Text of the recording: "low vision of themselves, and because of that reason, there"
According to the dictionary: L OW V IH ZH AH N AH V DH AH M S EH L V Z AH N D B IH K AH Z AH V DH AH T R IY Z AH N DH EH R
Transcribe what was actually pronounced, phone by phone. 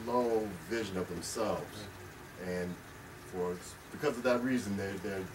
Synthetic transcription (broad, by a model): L OW V IH ZH AH N AH V DH AH M S EH L V Z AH N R B IH K AH Z AH V DH AH T R IY Z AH N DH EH R